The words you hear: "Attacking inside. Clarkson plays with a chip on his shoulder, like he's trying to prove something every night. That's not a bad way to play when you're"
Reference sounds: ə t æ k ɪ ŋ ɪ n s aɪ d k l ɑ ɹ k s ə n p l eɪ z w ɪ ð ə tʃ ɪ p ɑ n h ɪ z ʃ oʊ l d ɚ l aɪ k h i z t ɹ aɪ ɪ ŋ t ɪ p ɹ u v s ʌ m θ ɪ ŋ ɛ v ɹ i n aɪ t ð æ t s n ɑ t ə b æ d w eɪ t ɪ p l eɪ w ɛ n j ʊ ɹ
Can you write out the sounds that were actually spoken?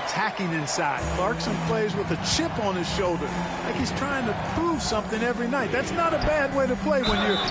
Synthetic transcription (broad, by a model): t æ k ɪ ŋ ɪ n s aɪ d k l ɑ ɹ k s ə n p l eɪ z w ɪ ð ə tʃ ɪ p n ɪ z ʃ oʊ l d ɚ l aɪ k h i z t ɹ aɪ ɪ ŋ t ɪ p ɹ u v s ʌ m θ ɪ ŋ ɛ v ɹ i n aɪ t ð æ t s n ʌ t ə b æ d w eɪ t ɪ p l eɪ w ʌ n j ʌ ɹ